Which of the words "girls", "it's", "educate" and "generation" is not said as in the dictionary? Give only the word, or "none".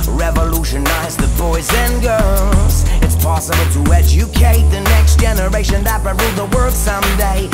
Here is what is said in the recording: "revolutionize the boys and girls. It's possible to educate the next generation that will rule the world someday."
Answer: girls